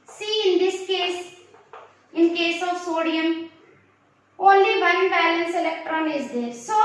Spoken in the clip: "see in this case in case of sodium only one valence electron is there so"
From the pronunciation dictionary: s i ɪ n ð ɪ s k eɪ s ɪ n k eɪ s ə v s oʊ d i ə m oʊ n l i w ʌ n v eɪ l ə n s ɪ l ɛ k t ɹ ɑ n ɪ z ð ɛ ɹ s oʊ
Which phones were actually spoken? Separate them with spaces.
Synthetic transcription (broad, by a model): s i ɪ n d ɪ s k eɪ s ɪ n k eɪ s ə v s oʊ d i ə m oʊ n l i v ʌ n b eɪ l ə n s ɪ l ɛ k t ɹ ɑ n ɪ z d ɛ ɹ s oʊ